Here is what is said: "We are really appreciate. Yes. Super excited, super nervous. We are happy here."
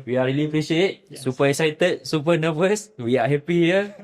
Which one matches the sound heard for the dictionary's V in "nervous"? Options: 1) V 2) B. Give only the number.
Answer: 2